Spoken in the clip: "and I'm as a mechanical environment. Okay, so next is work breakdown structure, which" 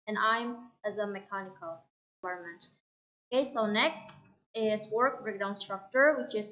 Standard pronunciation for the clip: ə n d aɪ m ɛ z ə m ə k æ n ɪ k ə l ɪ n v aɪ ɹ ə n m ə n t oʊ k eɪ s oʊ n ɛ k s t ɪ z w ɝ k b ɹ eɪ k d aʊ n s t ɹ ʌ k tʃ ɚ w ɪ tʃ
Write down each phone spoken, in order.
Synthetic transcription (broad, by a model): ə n aɪ m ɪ z ə m ə k æ n ɪ k ə l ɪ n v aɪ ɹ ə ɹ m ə n t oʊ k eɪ s oʊ n ɛ k s t ɪ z w ɝ k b ɹ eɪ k d aʊ n s t ɹ ʌ k tʃ ɚ w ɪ tʃ